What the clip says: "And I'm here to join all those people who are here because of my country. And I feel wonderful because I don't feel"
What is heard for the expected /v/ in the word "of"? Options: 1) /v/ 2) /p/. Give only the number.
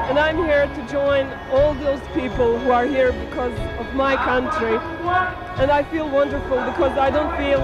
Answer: 1